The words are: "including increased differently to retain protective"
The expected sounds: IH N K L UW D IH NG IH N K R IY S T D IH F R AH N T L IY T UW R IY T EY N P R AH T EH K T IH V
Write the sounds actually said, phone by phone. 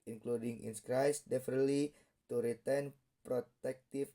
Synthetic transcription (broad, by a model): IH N K L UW D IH NG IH N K R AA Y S D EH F AH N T L IY T UW R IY T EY N P R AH T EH K T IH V